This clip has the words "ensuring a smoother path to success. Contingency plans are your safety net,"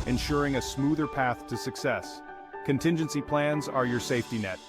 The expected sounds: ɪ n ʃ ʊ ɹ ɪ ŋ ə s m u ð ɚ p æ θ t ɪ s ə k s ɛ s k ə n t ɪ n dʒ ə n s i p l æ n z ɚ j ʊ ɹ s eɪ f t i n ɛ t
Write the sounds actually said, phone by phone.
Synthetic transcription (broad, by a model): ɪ n ʃ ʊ ɹ ɪ ŋ ə s m u ð ɚ p æ θ t ɪ s ə k s ɛ s k ə n t ɪ n dʒ ə n s i p l æ n z ɚ j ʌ ɹ s eɪ f t i n ɛ t